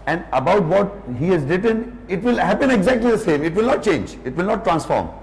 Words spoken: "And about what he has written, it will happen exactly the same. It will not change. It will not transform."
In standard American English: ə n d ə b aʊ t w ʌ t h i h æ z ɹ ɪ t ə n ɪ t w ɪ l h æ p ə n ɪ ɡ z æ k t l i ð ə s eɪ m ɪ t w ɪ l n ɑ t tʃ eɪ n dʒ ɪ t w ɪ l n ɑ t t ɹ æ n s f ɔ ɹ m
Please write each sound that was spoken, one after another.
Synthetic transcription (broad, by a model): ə n d ə b aʊ t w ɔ t h i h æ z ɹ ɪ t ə n ɪ t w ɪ l h æ p ə n ɪ ɡ z æ k t l i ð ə s eɪ m ɪ t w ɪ l n ɑ t tʃ eɪ n dʒ ɪ t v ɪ l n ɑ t t ɹ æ n s f ɔ ɹ m